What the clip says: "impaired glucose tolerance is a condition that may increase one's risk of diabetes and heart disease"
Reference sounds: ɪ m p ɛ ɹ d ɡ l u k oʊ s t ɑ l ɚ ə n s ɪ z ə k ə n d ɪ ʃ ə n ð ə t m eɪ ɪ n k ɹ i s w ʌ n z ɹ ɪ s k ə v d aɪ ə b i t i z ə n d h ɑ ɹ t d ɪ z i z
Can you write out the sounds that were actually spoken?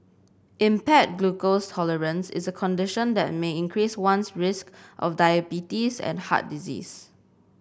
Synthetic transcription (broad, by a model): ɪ m p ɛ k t ɡ l u k oʊ s t ɑ l ɚ ə n s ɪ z ə k ə n d ɪ ʃ ə n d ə t m eɪ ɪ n k ɹ i s w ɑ n s ɹ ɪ s k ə f d aɪ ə b i t i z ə n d h ɑ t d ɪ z i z